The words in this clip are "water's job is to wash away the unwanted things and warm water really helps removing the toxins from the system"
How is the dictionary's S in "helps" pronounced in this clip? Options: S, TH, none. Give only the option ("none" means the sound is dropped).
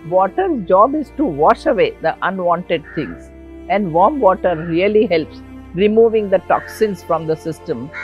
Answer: S